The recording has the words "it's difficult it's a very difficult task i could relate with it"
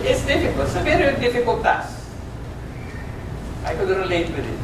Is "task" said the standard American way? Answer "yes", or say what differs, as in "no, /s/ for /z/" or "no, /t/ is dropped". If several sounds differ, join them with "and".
no, /k/ is dropped